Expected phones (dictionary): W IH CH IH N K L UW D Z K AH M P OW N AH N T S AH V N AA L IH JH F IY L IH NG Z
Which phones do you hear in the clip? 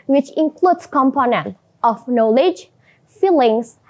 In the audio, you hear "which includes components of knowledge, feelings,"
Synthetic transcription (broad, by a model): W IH CH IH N K L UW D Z K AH M P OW N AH N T AH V N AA L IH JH F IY L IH NG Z